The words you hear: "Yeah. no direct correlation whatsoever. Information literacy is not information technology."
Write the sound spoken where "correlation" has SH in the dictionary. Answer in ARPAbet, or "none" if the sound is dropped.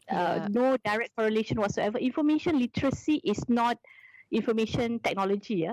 SH